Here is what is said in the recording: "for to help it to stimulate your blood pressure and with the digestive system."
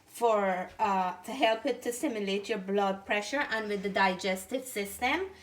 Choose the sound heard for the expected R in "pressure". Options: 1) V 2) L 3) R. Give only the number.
3